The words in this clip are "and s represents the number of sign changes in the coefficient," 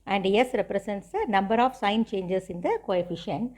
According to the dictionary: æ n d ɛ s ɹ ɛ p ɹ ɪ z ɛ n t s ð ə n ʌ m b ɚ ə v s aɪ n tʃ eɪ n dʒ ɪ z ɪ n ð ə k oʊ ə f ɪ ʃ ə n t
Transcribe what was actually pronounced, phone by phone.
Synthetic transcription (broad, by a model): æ n d ɛ s ɹ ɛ p ɹ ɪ s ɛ n t s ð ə n ʌ m b ɚ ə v s aɪ n tʃ eɪ n dʒ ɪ s ɪ n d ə k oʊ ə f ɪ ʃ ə n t